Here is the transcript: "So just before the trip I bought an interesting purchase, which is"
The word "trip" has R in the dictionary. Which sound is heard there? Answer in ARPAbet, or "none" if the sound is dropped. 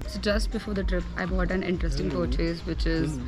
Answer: R